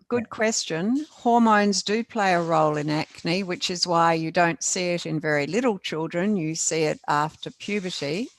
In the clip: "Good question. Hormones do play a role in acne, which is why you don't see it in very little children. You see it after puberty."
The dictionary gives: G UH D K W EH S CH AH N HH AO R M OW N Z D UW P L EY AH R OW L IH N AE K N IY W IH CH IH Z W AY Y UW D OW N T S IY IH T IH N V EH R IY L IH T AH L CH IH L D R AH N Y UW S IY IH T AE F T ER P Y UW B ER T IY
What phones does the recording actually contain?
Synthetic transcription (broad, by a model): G UH D K W EH S CH AH N HH AO R M OW N Z D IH P L EY AH R OW L IH N AE K N IY W IH CH IH Z W AY Y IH D OW N T S IY IH T IH N V EH R IY L IH T L CH IH L D R AH N Y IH S IY IH T AE F T ER P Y UW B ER T IY